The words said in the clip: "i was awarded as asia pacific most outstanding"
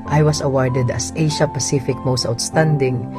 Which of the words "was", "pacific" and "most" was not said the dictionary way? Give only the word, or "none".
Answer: was